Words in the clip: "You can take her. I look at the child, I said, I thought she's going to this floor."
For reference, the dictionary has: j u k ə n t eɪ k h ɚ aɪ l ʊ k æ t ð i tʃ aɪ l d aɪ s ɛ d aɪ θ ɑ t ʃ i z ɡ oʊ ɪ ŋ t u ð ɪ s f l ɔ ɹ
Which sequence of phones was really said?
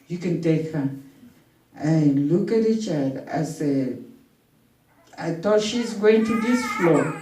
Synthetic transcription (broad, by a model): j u k ə n t eɪ k h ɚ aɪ l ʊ k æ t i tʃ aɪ d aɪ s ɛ aɪ t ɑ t ʃ i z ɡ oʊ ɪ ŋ t u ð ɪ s f l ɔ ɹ